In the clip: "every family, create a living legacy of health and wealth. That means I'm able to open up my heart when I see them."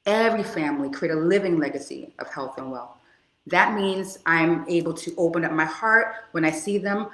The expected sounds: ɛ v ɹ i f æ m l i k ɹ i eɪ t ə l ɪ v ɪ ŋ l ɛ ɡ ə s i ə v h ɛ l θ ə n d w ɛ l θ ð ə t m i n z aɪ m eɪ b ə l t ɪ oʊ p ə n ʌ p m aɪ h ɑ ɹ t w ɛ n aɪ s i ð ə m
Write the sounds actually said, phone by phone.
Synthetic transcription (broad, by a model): ɛ v ɹ i f æ m l i k ɹ i eɪ t ə l ɪ v ɪ ŋ l ɛ ɡ ə s i ə v h ɛ l θ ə n w ɛ l θ ð ə t m i n z aɪ m eɪ b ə l t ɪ oʊ p ə n ʌ p m aɪ h ɑ ɹ t w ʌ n aɪ s i ð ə m